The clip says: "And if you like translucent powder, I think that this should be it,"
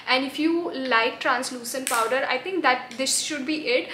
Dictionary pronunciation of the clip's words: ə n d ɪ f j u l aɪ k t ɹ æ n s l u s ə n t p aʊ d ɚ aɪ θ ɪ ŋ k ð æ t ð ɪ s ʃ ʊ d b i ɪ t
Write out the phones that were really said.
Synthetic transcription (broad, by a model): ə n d ɪ f j u l aɪ k t ɹ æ n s l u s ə n p aʊ d ɚ aɪ t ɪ ŋ k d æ t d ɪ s ʃ ʊ d b i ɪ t